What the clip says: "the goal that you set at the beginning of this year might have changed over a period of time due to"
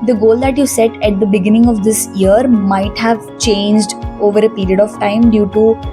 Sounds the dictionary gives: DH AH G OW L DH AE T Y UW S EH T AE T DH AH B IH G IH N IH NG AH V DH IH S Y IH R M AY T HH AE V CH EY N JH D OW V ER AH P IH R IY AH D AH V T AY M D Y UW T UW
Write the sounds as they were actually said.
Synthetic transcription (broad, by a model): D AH G OW L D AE T Y UW S EH T AE T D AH B IH G IH N IH NG AH V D IH S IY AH R M AY T HH AE V CH EY N JH D OW V ER AH P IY R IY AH D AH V T AY M D Y UW T UW